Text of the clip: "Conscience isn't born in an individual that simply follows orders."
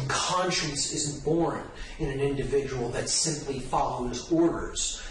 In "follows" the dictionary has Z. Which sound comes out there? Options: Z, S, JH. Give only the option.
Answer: Z